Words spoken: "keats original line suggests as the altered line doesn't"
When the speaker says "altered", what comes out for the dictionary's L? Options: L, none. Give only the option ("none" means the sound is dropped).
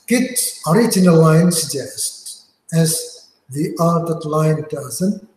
none